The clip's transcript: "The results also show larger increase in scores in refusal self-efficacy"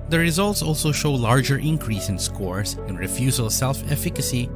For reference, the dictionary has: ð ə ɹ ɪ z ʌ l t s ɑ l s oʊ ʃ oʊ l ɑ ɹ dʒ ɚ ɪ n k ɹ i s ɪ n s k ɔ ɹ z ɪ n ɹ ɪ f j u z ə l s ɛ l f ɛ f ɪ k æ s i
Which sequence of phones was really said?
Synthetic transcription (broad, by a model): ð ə ɹ ɪ z ʌ l t s ɑ l s oʊ ʃ oʊ l ɑ ɹ dʒ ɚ ɪ n k ɹ i s ɪ n s k ɔ ɹ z ɪ n ɹ ɪ f j u z ə l s ɛ l f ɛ f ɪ k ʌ s i